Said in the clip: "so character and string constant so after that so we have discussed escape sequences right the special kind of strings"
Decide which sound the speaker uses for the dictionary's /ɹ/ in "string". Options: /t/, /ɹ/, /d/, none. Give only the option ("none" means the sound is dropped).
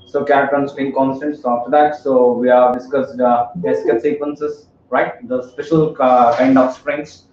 none